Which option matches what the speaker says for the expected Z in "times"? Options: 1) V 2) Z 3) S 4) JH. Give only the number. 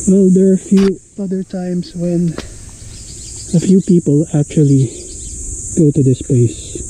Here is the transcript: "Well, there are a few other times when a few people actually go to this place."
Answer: 3